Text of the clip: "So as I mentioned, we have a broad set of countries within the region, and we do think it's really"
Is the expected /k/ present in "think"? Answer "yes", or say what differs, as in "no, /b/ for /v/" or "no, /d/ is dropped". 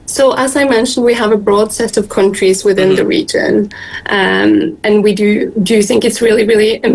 yes